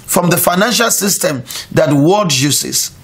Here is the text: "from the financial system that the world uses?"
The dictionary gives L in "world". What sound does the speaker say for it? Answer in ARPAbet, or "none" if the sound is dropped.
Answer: none